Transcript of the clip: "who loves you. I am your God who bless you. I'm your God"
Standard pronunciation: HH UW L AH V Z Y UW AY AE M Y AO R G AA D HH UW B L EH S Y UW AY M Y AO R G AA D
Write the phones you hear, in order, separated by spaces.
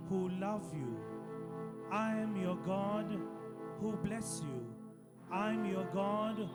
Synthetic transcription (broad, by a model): HH UW L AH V Y UW AY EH M Y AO G AA D HH UW B L EH S Y UW AY M Y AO G AA D